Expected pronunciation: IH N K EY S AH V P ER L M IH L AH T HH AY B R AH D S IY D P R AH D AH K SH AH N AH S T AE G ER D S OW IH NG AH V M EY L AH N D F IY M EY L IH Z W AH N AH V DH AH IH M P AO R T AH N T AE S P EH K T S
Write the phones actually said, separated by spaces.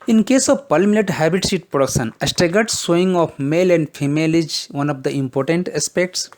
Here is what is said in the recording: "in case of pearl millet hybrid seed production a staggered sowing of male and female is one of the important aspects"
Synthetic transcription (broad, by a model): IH N K EY S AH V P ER L M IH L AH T HH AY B AH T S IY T P R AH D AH K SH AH N AH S T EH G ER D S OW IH NG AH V M EY L AH N D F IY M EY L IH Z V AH N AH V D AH IH M P AO R T AH N T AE S P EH K T S